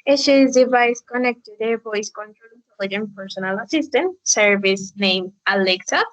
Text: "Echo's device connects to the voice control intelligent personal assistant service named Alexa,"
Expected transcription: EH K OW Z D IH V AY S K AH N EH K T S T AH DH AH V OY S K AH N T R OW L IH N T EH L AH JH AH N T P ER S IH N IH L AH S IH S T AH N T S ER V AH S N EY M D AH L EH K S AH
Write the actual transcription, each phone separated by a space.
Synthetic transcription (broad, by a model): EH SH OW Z D IH V AY S K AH N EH K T T AH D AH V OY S K AH N T R OW L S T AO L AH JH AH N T P ER S IH N IH L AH S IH S T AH N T S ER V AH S N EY M AH L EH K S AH